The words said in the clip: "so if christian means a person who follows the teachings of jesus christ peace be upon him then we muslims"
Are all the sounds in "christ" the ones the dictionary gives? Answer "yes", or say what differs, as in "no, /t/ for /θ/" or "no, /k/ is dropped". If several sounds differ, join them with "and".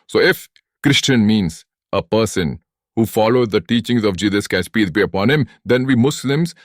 no, /ɹ/ is dropped